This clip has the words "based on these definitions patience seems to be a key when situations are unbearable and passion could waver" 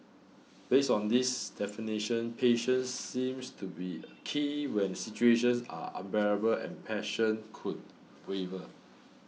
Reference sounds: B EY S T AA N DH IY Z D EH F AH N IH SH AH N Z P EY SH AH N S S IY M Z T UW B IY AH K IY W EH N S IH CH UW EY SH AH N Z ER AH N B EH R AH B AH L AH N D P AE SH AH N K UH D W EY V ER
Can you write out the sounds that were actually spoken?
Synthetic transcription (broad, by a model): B EY S AA N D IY S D EH F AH N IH SH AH N P EY SH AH N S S IY M S T UW B IY AH K IY W EH N S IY CH UW EY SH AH N S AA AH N B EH R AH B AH L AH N P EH SH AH N K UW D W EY V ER